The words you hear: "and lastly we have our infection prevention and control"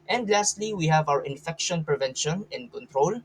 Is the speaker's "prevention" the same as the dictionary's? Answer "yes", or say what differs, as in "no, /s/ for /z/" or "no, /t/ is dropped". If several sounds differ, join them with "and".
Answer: yes